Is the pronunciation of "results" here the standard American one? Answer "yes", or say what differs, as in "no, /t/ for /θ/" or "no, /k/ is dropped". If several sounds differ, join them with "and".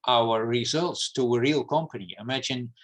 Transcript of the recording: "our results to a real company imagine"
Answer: yes